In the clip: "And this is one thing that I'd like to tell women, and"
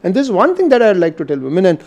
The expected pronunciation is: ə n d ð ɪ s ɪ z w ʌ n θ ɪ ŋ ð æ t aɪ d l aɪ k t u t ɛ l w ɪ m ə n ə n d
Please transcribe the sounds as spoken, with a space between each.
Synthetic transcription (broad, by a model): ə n d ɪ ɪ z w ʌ n t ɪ ŋ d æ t aɪ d l aɪ k t u t ɛ l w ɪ m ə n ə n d